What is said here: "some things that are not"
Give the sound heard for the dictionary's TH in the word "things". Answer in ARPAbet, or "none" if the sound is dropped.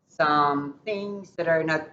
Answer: TH